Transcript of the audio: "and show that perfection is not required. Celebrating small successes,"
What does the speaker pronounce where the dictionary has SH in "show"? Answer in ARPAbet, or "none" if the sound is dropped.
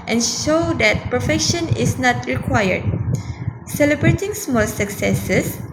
SH